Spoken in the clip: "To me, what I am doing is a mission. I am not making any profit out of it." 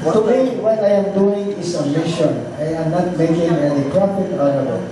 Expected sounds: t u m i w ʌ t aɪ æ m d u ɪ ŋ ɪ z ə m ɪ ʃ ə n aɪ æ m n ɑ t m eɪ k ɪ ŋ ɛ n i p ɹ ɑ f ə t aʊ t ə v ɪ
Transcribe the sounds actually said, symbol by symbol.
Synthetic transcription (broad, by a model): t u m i w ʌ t aɪ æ m d u ɪ ŋ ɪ s ə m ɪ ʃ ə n aɪ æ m n ɑ t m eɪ k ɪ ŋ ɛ l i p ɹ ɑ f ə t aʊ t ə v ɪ